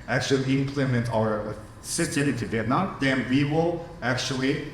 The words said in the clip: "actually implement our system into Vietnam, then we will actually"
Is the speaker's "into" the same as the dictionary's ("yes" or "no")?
no